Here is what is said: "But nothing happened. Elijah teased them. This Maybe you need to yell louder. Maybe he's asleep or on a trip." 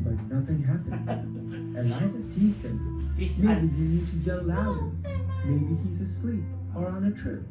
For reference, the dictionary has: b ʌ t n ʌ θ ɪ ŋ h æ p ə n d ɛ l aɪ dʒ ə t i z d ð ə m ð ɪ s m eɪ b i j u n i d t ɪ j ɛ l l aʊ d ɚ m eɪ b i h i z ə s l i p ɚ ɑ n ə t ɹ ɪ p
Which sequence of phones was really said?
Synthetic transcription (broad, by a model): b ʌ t n ʌ θ ɪ ŋ h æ p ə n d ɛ aɪ z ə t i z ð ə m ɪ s m eɪ b i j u n i d t ɪ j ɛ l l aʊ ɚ m eɪ b i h i z ə s l i p ɚ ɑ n ə t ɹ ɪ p